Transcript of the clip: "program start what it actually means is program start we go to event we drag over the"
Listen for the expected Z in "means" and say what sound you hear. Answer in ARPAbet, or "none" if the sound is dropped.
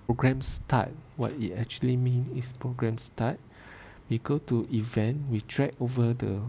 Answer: none